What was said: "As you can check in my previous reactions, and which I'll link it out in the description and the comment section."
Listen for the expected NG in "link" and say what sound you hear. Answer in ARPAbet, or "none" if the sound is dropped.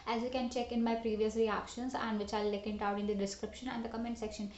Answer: none